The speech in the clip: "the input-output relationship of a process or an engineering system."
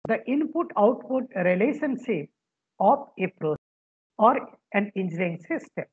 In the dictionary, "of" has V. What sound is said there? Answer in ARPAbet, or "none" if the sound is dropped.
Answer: P